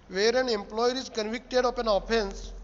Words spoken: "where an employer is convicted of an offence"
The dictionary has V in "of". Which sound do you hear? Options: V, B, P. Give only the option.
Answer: P